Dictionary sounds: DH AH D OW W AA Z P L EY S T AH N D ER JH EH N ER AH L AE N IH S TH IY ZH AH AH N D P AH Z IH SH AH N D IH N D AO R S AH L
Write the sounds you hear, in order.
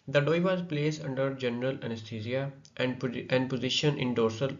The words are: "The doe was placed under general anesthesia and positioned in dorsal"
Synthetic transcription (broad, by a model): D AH D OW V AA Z P L EY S AH N D ER JH EH N ER AH L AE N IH S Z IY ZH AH AH N D P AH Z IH SH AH N IH N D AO R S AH L